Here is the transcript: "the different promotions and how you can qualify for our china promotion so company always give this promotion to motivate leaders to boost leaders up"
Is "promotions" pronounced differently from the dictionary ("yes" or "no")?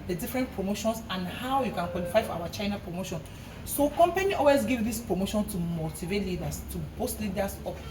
yes